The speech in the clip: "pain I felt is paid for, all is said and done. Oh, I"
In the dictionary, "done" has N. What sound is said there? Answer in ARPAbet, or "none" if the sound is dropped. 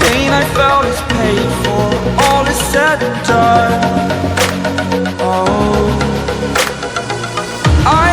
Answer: none